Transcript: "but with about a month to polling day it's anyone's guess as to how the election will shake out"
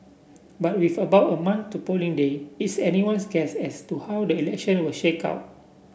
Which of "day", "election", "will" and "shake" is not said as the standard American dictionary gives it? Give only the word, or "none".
none